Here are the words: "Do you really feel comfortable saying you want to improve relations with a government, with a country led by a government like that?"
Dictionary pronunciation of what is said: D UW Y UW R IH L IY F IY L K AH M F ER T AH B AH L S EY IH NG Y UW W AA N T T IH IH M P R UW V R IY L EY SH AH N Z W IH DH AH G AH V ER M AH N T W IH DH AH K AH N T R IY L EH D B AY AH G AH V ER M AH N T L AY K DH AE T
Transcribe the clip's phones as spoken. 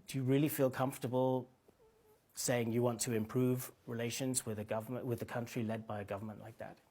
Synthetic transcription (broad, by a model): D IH Y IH R IH L IY F IY L K AH M F T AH B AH L S EY IH NG Y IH W AA N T T IH IH M P R UW V R IY L EY SH AH N Z W IH DH AH G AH V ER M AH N W IH DH AH K AH N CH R IY L EH D B AY AH G AH V ER M AH N T L AY K DH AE T